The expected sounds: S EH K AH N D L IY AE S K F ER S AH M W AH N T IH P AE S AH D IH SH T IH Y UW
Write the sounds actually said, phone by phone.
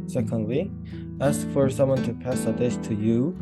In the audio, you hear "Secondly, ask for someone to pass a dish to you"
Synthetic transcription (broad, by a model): S EH K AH N D L IY AE S K F ER S AH M W AH N T IH P AE S AH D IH S T IH Y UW